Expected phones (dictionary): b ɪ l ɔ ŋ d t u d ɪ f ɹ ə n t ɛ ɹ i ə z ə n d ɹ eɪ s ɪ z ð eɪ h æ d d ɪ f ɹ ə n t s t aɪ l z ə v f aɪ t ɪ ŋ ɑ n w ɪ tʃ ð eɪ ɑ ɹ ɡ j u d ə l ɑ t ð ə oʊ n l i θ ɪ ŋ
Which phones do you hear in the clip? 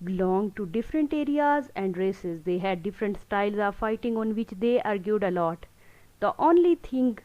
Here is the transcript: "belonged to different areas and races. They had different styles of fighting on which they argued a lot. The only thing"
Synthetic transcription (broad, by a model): b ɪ l ɔ ŋ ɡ t u d ɪ f ɹ ə n t ɛ ɹ i ə z ə n d ɹ eɪ s ɪ z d eɪ h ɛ d d ɪ f ɹ ə n t s t aɪ l z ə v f aɪ t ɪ ŋ ɑ n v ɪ tʃ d eɪ ɑ ɹ ɡ j u d ə l ɑ t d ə oʊ n l i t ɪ ŋ